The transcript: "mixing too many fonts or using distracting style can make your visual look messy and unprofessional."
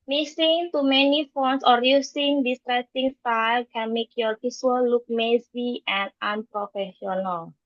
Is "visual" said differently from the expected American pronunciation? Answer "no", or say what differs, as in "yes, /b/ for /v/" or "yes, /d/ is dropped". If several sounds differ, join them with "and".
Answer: yes, /p/ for /v/ and /s/ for /ʒ/